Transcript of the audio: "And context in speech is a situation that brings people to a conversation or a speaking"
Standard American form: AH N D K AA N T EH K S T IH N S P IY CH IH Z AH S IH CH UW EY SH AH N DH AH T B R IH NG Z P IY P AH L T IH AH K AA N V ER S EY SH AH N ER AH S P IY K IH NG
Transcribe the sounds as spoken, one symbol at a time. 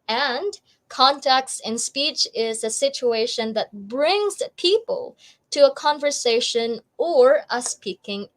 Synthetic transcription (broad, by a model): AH N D K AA N T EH K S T IH N S P IY CH IH Z AH S IH CH UW EY SH AH N DH AH T B R IH NG Z P IY P AH L T IH AH K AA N V ER S EY SH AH N ER AH S P IY K IH NG